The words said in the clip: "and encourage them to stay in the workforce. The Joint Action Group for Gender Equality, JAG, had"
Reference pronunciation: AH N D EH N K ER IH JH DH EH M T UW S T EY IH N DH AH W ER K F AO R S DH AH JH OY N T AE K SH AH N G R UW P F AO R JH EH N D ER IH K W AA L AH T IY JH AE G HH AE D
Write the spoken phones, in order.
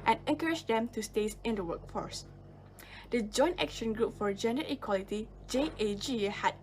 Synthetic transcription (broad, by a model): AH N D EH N K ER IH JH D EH M T UW S T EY IH N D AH W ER K F AO R S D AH JH OY N T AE K SH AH N G R UW P F AO R JH EH N D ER IH K W AA L AH T IY JH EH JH HH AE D